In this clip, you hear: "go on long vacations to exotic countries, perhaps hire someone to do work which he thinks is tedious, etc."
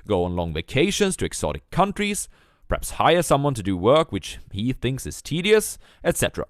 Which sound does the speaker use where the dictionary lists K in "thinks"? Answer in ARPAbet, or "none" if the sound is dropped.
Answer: K